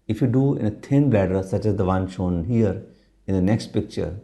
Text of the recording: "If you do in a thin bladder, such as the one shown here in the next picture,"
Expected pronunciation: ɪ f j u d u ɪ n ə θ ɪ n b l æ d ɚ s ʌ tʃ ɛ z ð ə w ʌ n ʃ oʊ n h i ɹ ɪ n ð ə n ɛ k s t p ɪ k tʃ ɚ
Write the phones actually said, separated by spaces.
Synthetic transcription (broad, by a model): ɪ f j u d u ɪ n ə t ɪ n b l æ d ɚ s ʌ tʃ ɛ z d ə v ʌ n ʃ oʊ n h i ɹ ɪ n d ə n ɛ k s t p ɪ k tʃ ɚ